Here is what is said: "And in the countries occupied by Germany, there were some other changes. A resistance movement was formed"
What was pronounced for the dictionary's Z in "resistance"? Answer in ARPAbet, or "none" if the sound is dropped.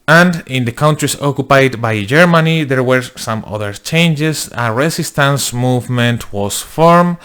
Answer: S